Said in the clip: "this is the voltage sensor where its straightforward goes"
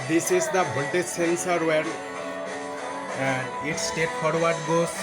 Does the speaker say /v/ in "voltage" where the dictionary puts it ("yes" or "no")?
no